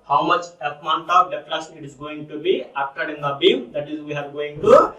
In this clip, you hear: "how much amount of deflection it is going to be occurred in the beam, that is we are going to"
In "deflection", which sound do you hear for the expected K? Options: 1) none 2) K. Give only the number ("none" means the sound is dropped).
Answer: 1